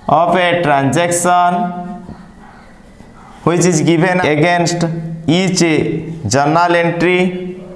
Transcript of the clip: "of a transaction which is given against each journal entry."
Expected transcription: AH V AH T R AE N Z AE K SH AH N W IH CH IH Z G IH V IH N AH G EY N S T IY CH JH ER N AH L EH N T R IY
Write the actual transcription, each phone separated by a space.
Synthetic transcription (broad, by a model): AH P AH T R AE N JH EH K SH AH N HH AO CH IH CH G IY B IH N AH G EY N S T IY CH JH ER N AH L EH N T R IY